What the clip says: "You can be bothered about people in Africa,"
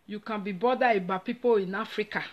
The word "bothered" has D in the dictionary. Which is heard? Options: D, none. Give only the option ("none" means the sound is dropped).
none